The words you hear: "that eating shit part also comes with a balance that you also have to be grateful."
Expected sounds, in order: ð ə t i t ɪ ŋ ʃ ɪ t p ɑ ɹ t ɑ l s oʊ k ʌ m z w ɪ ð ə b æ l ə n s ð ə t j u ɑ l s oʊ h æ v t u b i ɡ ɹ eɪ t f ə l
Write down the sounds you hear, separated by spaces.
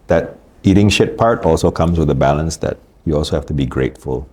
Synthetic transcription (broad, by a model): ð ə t i t ɪ ŋ ʃ ɪ t p ɑ ɹ t ɑ l s oʊ k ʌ m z w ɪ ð ə b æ l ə n s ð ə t j u ɑ l s oʊ h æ f t u b i ɡ ɹ eɪ t f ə l